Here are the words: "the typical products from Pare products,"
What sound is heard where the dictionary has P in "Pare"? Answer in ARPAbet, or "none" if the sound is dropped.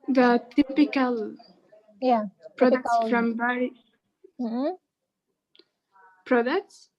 B